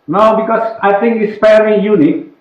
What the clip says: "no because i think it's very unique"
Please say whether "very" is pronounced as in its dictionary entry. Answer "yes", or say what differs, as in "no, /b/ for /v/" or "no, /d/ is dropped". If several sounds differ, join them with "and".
no, /f/ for /v/ and /l/ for /ɹ/